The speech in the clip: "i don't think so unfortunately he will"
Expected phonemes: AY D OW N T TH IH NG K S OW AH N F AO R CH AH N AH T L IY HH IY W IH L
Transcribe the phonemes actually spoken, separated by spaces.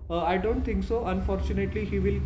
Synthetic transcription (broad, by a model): AY D OW N T T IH NG K S OW AH N F AO R CH AH N AH T L IY HH IY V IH L